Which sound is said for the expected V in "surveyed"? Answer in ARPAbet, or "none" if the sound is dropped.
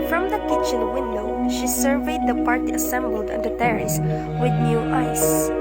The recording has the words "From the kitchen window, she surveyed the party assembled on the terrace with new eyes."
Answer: V